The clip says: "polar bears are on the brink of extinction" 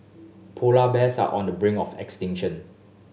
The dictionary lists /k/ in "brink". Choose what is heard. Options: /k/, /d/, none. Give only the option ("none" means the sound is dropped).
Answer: none